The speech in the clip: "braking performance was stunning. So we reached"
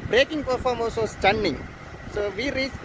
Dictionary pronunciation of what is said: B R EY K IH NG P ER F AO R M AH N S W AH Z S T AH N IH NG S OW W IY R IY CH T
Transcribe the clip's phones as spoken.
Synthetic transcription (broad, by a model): B R EY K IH NG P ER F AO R M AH L S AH S T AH N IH NG S OW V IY R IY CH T